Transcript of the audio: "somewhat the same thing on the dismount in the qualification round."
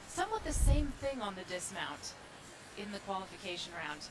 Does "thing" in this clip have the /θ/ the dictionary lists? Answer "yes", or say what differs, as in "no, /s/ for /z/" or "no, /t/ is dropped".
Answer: yes